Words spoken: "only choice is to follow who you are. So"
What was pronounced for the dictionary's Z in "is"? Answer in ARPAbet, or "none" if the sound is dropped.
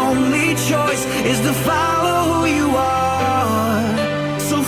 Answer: Z